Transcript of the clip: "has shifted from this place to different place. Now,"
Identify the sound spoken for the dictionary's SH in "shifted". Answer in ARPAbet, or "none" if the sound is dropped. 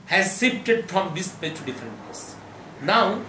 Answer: S